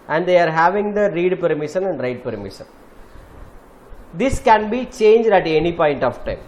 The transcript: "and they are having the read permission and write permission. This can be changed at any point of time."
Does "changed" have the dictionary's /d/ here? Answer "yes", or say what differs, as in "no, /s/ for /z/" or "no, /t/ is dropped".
yes